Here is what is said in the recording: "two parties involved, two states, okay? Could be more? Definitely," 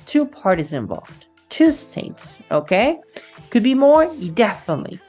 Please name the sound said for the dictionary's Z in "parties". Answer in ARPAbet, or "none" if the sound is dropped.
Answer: Z